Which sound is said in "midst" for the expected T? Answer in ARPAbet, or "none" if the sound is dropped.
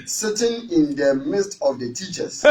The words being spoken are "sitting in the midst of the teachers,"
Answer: T